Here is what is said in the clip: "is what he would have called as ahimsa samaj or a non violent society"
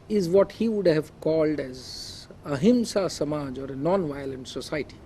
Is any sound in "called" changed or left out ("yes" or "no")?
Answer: no